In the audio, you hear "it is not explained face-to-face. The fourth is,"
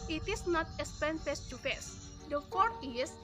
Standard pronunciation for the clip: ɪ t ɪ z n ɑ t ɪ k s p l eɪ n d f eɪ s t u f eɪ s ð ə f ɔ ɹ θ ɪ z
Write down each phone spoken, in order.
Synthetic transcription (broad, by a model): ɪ t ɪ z n ɑ t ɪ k s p eɪ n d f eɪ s t u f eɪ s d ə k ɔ ɹ t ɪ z